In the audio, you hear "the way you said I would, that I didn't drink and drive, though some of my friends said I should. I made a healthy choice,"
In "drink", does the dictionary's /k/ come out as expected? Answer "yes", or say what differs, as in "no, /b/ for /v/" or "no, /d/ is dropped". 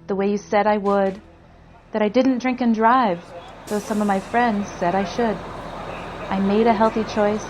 yes